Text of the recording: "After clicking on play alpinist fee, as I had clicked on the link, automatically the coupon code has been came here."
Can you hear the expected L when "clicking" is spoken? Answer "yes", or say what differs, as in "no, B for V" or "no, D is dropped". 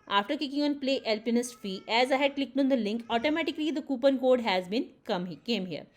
no, L is dropped